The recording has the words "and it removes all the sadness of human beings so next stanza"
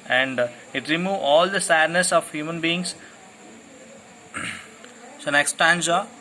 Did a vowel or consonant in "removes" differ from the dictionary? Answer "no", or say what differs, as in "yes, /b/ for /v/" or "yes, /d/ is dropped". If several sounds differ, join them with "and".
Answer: yes, /z/ is dropped